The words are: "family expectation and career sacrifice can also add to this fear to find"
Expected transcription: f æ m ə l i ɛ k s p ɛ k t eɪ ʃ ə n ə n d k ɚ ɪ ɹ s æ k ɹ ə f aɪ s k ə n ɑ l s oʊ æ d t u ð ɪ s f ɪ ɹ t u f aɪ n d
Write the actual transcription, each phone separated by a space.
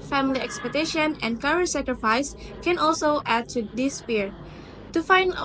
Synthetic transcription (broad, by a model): f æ m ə l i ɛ k s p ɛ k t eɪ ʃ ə n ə n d k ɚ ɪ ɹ s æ k ɹ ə f aɪ s k ə n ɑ l s oʊ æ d t u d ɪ s p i ɹ t u f aɪ n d